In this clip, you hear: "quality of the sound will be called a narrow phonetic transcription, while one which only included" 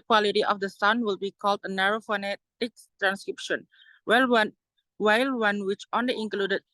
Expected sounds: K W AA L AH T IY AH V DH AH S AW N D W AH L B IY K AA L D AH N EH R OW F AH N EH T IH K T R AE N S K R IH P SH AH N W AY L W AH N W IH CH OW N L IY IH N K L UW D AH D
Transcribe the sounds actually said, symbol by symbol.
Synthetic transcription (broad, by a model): K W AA L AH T IY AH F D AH S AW N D W AH L B IY K AA L D AH N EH R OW F AH N EH T IH K T R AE N S K R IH P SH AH N W AY L W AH N W IH CH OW N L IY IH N K L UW D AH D